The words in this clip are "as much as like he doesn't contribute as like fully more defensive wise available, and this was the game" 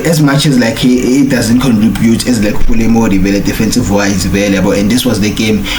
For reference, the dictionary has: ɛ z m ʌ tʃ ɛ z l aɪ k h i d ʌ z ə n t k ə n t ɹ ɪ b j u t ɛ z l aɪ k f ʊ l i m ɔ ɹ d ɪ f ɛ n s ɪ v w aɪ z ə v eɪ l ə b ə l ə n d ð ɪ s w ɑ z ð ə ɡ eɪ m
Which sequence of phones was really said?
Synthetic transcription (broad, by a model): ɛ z m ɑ tʃ ɛ z l aɪ k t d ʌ z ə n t k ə n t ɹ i b j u t ɛ z l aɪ k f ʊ l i m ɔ l d ɪ f ɛ n s ɪ v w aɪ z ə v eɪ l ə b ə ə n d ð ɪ s w ɑ z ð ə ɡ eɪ m